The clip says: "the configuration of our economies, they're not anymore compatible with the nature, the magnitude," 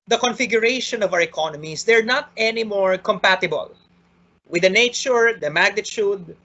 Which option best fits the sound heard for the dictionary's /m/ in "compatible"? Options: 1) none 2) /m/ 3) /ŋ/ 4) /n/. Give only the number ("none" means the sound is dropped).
2